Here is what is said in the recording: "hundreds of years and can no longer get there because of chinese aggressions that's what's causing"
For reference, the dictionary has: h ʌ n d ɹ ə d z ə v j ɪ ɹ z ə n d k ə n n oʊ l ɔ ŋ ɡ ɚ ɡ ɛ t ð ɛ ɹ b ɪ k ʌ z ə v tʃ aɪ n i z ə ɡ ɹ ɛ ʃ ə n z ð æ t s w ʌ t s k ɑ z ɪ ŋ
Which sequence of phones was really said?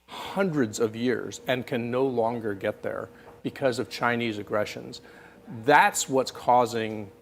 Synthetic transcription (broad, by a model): h ʌ n d ɹ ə d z ə v j ɪ ɹ z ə n k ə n n oʊ l ɔ ŋ ɡ ɚ ɡ ɛ t ð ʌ ɹ b ɪ k ʌ z ə v tʃ aɪ n i z ə ɡ ɹ ɛ ʃ ə n z ð æ t s w ʌ t s k ɑ z ɪ ŋ